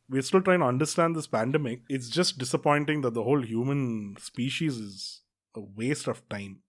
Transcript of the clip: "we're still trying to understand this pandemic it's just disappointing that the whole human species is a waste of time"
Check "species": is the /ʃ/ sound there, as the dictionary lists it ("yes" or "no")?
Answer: yes